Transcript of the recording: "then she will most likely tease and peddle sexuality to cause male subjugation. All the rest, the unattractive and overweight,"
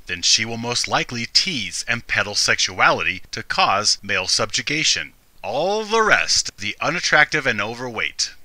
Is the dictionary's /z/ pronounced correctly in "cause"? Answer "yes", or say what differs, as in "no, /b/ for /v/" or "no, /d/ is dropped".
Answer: yes